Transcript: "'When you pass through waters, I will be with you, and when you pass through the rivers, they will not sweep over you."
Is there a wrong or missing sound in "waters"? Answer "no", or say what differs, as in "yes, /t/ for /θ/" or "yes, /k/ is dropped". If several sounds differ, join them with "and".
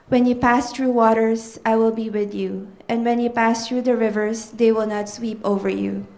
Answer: yes, /s/ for /z/